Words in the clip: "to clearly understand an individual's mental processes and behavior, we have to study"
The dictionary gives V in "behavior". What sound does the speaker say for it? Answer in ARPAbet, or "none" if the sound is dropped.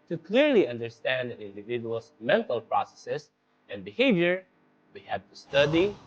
V